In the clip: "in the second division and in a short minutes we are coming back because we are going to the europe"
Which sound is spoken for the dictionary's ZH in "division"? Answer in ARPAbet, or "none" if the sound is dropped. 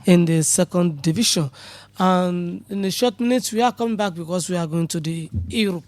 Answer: SH